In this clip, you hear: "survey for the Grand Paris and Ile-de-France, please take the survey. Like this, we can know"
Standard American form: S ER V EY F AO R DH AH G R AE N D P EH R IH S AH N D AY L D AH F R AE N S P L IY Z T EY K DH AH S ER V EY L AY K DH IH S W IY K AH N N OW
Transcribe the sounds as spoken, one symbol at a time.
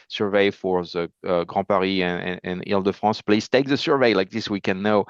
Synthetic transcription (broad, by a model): S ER V EY F AO R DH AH G R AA P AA R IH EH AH N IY L D AH F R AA S P L IY Z T EY K DH AH S ER V EY L AY K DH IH S W IY K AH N N OW